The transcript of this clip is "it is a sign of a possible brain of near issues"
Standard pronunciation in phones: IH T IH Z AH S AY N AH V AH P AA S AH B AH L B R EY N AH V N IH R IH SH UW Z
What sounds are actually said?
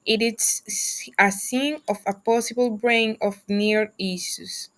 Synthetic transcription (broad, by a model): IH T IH S AH S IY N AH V AH P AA S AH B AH L B R EY N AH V N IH R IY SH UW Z